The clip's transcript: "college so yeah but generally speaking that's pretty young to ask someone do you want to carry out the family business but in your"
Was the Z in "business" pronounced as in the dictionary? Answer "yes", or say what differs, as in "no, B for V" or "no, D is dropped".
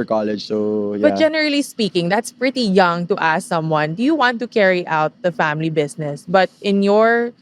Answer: no, S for Z